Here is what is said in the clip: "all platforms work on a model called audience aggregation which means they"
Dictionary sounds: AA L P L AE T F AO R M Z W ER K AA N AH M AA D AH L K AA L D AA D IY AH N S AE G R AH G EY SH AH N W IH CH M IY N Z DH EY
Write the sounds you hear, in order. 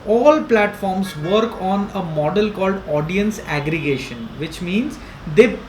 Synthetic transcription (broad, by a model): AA L P L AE T F AO R M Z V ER K AA N AH M AA D AH L K AA L D AA D IY AH N S AE G R AH G EY SH AH N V IH CH M IY N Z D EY